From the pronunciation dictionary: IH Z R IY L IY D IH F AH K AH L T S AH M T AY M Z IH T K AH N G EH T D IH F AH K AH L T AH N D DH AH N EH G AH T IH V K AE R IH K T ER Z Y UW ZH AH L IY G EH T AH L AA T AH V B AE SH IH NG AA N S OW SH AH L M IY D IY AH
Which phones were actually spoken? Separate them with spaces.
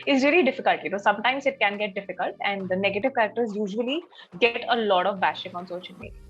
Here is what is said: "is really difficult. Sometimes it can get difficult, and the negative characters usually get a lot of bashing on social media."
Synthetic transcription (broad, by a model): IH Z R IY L IY D IH F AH K AH L T S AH M T AY M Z IH T K AH N G EH T D IH F AH K AH L T AH N D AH N EH G AH T IH V K AE R IH K T ER Z Y UW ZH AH L IY G EH T AH L AA T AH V B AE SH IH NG AA N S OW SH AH N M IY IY